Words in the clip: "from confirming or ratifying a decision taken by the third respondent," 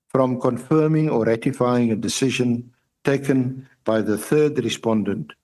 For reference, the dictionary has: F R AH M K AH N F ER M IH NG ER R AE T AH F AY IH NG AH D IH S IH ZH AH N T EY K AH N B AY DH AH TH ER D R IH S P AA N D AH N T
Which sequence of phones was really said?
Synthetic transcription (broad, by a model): F R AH M K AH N F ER M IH NG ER R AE T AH F AY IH NG AH D IH S IH ZH AH N T EY K AH N B AY DH AH TH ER D R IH S P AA N D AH N T